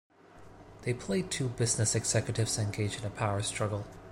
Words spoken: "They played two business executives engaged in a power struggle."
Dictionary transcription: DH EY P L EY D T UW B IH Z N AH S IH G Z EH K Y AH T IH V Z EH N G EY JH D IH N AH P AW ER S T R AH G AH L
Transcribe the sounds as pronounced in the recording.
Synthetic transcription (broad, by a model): DH EY P L EY D T UW B IH Z N AH S IH G Z EH K Y AH T IH V Z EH N G EY JH IH N AH P AW ER S T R AH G L